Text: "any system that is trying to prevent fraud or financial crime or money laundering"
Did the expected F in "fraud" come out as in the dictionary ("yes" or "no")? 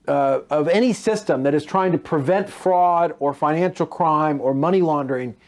yes